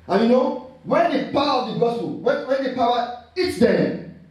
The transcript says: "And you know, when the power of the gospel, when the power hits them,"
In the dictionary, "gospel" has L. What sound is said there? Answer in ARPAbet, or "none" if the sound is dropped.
W